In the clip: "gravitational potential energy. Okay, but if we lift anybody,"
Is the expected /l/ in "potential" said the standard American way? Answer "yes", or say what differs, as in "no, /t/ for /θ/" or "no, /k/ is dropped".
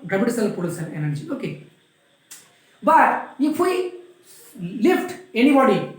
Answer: no, /n/ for /l/